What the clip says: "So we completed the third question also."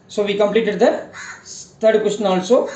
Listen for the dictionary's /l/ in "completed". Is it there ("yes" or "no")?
yes